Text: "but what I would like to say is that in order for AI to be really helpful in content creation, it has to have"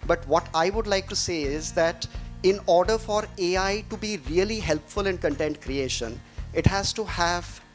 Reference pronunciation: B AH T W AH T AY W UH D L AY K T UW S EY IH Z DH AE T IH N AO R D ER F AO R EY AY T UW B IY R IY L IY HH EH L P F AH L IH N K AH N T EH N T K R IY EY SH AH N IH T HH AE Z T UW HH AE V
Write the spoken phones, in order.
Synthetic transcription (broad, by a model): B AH T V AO T AY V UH D L AY K T UW S EY IH Z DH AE T IH N AO R D ER F AO R EY AY T UW B IY R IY L IY HH EH L P F AH L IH N K AH N T EH N T K R IY EY SH AH N IH T HH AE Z T UW HH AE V